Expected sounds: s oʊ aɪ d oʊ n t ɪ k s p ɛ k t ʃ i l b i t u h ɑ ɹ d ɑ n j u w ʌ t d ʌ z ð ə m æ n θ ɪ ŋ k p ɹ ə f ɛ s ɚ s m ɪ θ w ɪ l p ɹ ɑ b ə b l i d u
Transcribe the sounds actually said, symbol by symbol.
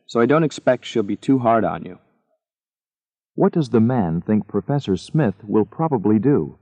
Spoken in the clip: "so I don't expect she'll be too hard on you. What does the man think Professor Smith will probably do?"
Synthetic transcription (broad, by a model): s oʊ aɪ d oʊ n t ɪ k s p ɛ k t ʃ i l b i t u h ɑ ɹ d n j u w ʌ t d ʌ z ð ə m æ n θ ɪ ŋ k p ɹ ə f ɛ s ɚ s m ɪ θ w ɪ l p ɹ ɑ b ə b l i d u